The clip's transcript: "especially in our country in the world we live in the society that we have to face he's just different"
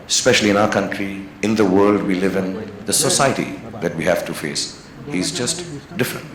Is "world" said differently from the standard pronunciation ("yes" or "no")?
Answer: no